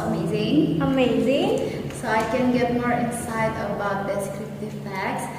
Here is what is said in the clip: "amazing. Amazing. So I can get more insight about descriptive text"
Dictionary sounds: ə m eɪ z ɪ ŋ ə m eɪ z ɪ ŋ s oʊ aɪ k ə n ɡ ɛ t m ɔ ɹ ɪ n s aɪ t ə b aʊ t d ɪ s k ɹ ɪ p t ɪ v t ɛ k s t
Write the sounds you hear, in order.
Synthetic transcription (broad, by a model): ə m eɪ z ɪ ŋ ə m eɪ z ɪ ŋ s oʊ aɪ k ə n ɡ ɛ t m ɔ ɹ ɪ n s aɪ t ə b aʊ t d ɪ s k ɹ ɪ p t ɪ v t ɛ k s